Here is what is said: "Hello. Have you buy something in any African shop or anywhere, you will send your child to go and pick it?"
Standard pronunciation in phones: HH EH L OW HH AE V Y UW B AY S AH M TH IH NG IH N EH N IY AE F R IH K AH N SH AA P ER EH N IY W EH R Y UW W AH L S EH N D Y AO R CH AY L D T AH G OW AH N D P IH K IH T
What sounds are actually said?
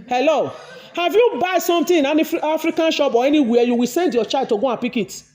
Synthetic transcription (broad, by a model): HH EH L OW HH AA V Y UW B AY S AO M T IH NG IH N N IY F R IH K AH N SH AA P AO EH N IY W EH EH Y UW W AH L S EH N D Y AO CH AY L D T AH G OW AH P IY K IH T